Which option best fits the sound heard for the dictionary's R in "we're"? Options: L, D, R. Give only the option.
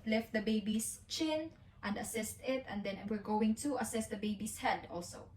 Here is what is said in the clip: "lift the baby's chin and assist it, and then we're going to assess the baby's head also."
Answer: R